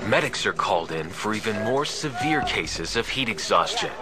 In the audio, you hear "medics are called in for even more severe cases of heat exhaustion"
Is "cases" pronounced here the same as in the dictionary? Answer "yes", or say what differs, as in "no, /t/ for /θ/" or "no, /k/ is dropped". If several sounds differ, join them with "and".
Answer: yes